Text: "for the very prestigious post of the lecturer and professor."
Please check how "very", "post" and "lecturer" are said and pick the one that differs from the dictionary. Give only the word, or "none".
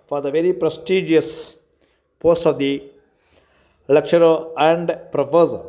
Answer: lecturer